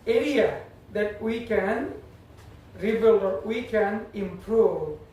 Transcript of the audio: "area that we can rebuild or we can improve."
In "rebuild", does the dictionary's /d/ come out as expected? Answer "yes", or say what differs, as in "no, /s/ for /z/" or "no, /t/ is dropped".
no, /d/ is dropped